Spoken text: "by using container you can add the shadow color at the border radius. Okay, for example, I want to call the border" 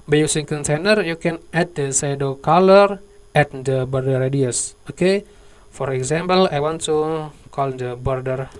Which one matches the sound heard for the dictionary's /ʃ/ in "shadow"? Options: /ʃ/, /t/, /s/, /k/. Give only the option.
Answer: /s/